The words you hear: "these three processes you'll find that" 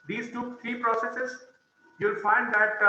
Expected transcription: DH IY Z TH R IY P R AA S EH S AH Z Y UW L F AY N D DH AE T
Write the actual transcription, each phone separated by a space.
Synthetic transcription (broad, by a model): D IY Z T R IY P R AA S EH S AH Z Y UW L F AY N D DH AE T